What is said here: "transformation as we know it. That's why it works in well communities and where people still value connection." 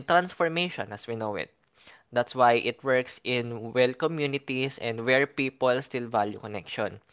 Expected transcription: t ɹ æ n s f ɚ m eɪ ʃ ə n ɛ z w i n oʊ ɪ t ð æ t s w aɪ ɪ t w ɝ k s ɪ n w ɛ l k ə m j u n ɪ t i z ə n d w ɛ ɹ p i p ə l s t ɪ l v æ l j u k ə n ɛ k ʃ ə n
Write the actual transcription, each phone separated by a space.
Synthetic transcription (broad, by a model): t ɹ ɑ n s f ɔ m eɪ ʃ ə n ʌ s w i n oʊ ɪ t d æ t s w aɪ ɪ t w ɝ k s ɪ n w ɛ l k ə m j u n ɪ t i s ə n d w ɛ ɹ p i p ə l s t ɪ l v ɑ l j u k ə n ɛ k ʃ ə n